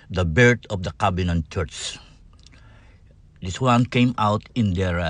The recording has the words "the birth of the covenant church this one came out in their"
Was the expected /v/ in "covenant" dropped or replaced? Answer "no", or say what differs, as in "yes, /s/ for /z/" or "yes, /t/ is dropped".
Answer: yes, /b/ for /v/